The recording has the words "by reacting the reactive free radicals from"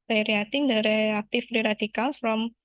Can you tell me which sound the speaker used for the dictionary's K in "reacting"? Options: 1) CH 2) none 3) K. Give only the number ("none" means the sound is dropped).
2